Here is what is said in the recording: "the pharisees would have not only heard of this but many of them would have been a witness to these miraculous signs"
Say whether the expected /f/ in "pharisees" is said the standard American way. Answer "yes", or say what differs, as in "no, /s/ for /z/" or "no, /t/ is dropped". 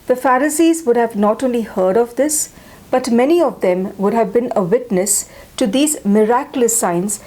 yes